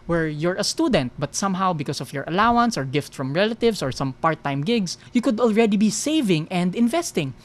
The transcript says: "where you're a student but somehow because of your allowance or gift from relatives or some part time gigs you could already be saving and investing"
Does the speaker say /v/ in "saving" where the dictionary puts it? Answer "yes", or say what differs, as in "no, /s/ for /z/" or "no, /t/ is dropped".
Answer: yes